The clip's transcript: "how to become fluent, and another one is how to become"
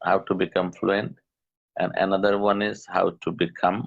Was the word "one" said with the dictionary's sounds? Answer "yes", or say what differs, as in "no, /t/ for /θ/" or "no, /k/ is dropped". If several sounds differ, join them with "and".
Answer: yes